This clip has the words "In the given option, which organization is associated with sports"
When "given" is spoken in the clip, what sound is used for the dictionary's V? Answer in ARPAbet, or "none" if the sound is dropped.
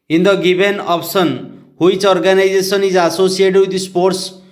B